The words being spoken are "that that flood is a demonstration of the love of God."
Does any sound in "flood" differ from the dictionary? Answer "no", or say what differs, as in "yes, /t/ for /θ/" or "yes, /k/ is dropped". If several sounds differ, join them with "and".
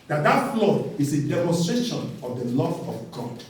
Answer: yes, /d/ is dropped